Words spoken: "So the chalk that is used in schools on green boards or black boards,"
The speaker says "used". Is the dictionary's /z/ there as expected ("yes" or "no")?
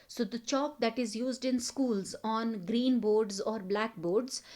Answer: yes